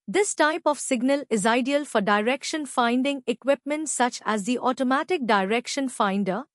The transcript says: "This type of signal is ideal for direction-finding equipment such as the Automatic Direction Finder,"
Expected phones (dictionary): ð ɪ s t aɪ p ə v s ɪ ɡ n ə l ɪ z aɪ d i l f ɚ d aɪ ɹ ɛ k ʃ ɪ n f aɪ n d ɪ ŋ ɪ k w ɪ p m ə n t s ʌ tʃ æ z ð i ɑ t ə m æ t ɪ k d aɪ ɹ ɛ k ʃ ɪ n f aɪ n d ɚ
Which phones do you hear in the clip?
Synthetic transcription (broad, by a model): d ɪ s t aɪ p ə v s ɪ ɡ n ə l ɪ z aɪ d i l f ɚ d aɪ ɹ ɛ k ʃ ɪ n f aɪ n d ɪ ŋ ɪ k w ɪ p m ə n t s ʌ tʃ æ z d i ɑ t ə m æ t ɪ k d aɪ ɹ ɛ k ʃ ɪ n f aɪ n d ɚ